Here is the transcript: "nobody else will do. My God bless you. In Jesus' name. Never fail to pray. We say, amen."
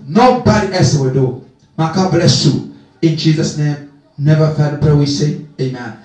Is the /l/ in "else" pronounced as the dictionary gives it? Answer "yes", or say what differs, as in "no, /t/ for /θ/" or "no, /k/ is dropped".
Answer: no, /l/ is dropped